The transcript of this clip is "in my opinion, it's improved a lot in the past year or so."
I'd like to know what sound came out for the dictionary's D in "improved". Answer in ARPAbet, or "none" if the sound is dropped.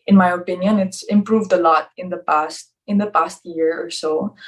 D